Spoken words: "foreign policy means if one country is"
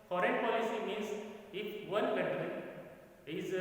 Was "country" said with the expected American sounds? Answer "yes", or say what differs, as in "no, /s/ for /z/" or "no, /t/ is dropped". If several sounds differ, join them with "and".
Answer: no, /n/ is dropped